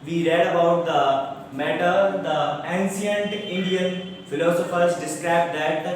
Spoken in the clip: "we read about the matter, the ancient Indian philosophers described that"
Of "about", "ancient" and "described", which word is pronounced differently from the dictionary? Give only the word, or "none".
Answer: ancient